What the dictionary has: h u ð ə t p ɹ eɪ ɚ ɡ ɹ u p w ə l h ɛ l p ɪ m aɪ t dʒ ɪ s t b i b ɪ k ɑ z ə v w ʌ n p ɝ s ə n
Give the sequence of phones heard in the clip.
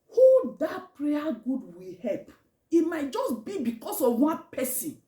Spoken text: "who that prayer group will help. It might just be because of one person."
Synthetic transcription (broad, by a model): h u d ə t p ɹ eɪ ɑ ɡ u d w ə h ɛ l p ɪ m aɪ t dʒ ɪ s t b i b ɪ k ɑ s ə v w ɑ n p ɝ s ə n